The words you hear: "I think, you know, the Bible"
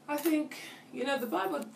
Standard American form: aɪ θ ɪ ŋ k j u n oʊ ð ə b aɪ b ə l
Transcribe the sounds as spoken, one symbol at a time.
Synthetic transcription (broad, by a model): aɪ θ ɪ ŋ k j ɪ n oʊ ð ə b aɪ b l